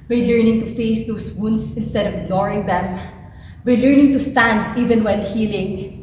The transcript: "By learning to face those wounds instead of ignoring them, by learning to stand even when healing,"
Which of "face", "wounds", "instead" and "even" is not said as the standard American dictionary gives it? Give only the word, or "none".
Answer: wounds